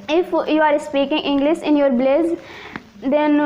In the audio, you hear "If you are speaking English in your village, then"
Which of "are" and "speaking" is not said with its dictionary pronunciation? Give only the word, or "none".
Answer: none